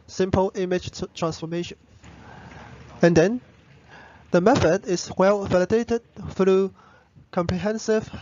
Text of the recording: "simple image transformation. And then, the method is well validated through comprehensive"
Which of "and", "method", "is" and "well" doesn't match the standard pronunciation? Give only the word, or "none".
is